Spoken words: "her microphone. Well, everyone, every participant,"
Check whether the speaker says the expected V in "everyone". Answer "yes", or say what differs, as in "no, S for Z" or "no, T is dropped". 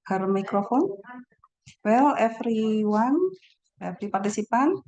no, F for V